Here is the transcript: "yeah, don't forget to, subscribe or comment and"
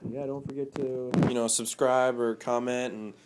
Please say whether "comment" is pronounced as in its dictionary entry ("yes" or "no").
yes